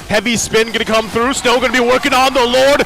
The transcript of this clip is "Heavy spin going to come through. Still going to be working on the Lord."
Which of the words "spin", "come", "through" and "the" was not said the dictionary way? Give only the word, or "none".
none